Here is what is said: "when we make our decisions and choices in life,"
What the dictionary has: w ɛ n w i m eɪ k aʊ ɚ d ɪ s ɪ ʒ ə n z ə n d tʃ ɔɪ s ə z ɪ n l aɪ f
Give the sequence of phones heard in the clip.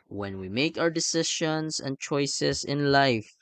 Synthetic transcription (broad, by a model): w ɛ n w i m eɪ k aʊ ɚ d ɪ s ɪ ʃ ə n s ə n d tʃ ɔɪ s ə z ɪ n l aɪ f